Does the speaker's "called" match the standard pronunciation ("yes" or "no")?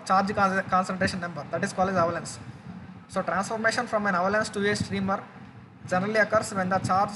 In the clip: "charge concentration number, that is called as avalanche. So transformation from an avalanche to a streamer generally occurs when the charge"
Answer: no